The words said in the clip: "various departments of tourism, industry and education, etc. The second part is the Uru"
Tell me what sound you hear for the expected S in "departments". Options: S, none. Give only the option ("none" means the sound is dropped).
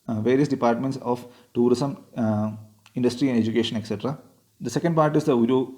S